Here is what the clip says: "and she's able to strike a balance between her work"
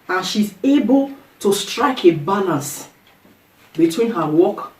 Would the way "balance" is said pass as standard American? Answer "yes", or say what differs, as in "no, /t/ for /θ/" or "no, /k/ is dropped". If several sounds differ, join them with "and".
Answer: no, /n/ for /l/ and /n/ is dropped